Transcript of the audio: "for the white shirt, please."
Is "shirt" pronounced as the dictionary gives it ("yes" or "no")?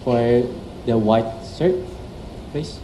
no